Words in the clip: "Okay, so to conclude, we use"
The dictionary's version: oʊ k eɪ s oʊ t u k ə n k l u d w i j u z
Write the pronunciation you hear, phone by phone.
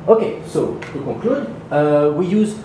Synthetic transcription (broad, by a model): oʊ k eɪ s oʊ t u k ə k l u d w i j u z